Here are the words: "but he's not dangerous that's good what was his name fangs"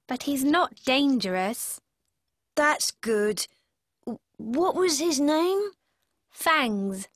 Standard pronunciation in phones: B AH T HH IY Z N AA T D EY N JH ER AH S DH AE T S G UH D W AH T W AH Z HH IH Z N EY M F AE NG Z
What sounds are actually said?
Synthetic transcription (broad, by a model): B AH T HH IY Z N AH T D EY N JH ER AH S DH AE T S G UH D W AH T W AH Z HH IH Z N EY M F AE NG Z